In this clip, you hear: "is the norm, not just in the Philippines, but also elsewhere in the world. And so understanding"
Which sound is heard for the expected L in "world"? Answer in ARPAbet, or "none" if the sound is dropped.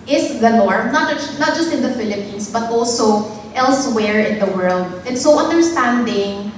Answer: L